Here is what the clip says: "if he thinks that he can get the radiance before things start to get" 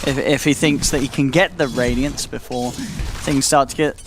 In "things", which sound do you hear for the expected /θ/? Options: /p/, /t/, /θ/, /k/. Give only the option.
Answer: /θ/